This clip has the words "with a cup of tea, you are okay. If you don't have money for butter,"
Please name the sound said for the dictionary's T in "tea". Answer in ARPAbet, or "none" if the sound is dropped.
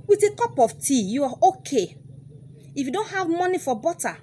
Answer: T